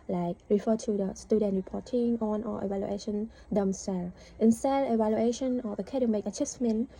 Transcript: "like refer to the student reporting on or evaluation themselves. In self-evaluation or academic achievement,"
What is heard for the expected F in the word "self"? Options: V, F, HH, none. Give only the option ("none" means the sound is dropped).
none